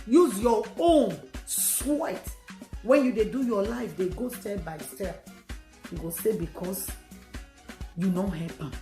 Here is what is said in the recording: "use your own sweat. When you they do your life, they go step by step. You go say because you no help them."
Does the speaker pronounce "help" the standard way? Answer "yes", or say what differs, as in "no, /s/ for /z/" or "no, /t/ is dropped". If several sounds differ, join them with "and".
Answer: no, /l/ is dropped